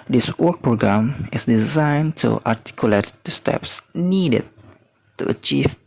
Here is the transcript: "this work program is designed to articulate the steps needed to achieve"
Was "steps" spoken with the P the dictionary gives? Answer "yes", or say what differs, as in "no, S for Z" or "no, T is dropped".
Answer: yes